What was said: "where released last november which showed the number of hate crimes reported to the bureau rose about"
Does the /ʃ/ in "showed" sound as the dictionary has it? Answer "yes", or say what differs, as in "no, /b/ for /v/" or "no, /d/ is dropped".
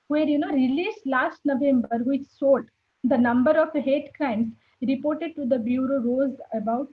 no, /s/ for /ʃ/